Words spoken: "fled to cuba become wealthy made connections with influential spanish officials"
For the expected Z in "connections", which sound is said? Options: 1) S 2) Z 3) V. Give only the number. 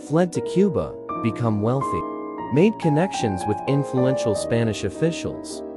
2